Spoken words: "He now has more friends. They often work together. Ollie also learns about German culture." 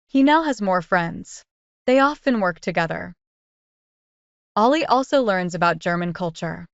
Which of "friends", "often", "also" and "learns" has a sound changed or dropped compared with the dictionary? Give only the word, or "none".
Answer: none